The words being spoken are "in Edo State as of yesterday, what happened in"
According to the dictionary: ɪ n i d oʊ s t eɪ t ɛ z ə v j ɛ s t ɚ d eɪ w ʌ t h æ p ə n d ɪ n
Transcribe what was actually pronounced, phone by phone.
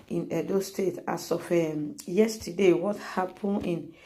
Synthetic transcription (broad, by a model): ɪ n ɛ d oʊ s t eɪ t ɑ s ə f j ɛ s t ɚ d eɪ w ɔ t h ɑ p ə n ɪ n